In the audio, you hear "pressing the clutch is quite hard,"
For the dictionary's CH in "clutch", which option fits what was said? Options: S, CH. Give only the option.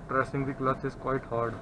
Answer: S